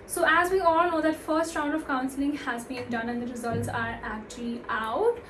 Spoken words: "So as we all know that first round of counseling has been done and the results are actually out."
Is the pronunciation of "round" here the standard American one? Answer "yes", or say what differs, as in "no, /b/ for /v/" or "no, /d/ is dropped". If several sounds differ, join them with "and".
yes